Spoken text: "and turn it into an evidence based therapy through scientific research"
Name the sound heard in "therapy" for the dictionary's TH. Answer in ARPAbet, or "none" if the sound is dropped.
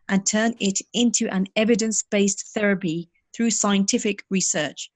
TH